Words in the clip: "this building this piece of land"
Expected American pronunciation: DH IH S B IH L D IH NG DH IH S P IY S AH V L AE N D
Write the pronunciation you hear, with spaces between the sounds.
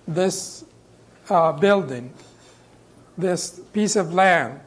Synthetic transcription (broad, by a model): DH IH S B IH L D IH NG DH IH S P IY S AH V L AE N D